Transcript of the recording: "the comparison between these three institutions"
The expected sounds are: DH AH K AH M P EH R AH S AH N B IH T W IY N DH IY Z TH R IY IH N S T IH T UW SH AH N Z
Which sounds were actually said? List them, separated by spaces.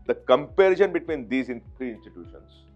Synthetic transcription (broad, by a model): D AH K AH M P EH R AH SH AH N B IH T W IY N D IY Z T R IY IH N S T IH T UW SH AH N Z